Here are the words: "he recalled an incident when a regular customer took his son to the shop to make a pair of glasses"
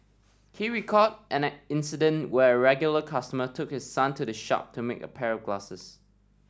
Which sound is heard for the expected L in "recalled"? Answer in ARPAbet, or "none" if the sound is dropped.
none